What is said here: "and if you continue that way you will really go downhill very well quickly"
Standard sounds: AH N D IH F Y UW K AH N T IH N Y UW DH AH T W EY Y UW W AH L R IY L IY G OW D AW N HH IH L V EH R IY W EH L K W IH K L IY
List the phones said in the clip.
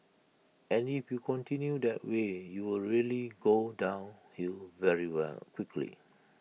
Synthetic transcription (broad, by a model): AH N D IH F Y UW K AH N T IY N Y UW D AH T W EY Y UW W AH L R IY L IY G OW D AW N HH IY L V EH R IY W EH L K W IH K L IY